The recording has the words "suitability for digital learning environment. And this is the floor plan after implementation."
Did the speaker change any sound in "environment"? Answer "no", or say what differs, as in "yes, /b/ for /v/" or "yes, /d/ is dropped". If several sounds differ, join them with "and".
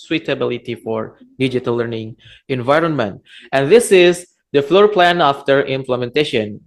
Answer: no